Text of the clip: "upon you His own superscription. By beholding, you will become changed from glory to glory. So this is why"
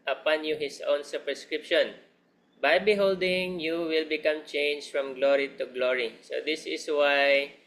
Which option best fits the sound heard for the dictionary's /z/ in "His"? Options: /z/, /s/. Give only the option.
/s/